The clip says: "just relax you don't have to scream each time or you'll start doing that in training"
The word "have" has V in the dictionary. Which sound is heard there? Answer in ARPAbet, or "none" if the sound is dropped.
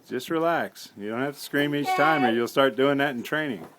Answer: F